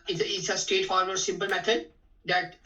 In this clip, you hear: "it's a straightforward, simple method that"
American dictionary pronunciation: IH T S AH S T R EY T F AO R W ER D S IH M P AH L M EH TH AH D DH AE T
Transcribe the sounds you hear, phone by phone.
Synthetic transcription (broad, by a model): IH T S AH S T EY T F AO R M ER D S IH M P AH L M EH T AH D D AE T